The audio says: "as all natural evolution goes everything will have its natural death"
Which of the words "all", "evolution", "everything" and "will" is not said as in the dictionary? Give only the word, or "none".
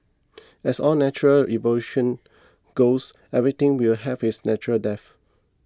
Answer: everything